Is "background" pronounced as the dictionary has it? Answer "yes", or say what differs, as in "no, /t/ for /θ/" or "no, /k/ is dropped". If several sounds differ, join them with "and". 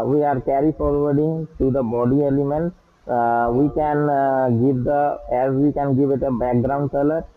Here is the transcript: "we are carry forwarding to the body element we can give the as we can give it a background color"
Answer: yes